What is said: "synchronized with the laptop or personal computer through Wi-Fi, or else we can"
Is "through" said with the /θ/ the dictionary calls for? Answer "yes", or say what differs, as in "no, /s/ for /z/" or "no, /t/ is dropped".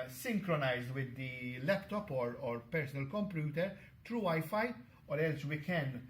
no, /t/ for /θ/